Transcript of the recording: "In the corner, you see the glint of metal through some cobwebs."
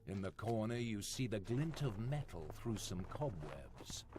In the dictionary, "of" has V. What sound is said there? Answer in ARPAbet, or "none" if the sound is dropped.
V